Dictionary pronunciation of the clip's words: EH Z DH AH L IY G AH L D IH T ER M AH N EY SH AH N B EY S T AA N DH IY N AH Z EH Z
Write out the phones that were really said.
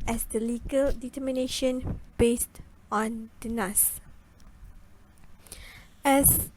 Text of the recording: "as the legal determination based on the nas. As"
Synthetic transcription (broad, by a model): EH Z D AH L IY G AH L D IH T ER M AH N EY SH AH N B EY S T AA N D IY N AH S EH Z